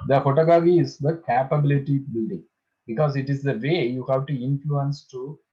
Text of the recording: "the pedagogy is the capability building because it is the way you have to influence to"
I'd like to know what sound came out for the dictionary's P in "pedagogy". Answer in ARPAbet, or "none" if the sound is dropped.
F